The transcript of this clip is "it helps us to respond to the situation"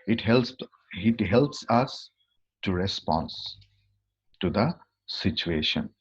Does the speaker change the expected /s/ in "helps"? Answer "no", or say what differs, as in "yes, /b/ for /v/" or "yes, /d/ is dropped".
no